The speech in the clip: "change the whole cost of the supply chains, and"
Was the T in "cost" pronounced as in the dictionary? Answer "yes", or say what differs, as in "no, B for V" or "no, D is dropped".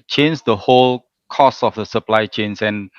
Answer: no, T is dropped